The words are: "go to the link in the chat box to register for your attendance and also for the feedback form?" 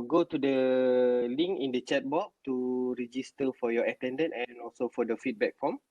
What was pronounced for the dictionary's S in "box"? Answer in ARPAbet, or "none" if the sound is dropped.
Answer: none